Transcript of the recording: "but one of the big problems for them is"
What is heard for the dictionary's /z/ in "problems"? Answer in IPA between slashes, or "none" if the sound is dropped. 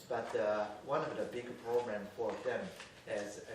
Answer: none